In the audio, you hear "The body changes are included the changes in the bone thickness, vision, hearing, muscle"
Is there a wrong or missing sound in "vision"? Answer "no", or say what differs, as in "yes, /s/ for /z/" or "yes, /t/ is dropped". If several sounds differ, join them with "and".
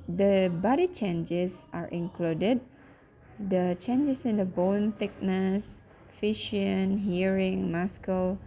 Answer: yes, /f/ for /v/ and /ʃ/ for /ʒ/